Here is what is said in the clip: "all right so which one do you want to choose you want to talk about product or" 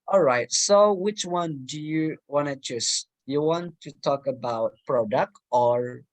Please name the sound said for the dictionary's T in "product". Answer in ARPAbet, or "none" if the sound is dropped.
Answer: T